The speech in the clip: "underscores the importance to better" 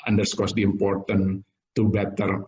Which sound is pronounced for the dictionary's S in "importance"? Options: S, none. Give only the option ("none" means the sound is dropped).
none